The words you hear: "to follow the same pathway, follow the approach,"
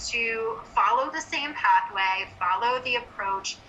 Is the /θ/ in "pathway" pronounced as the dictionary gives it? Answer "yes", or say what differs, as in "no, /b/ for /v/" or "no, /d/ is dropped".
yes